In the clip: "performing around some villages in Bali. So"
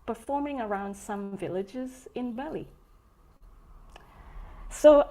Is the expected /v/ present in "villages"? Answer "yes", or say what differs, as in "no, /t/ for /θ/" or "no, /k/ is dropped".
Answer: yes